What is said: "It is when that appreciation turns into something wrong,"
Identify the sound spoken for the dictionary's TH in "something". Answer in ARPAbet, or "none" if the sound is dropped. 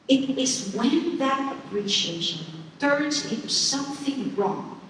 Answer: TH